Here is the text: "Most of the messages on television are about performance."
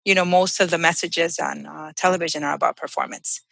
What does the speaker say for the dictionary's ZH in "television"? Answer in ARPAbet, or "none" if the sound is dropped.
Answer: ZH